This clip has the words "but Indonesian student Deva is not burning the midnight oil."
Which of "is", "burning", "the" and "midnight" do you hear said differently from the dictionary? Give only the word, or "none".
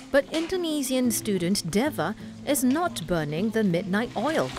none